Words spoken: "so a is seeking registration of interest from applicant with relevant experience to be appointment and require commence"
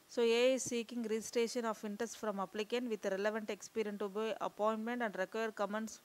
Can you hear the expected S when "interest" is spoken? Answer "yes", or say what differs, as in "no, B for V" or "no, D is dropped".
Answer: yes